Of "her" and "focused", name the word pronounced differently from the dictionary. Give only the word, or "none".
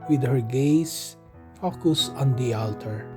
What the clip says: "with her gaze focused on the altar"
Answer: focused